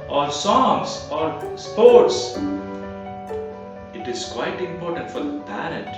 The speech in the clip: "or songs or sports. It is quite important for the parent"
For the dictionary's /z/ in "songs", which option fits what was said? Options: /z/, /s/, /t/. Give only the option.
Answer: /s/